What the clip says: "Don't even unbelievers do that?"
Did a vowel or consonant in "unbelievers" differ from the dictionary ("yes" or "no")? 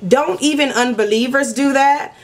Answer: no